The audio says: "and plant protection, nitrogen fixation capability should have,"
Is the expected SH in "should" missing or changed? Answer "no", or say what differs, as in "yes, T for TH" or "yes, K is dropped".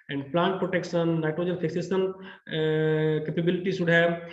yes, S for SH